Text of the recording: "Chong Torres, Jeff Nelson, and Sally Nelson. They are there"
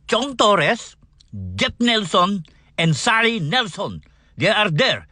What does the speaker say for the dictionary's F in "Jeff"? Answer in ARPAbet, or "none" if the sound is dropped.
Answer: P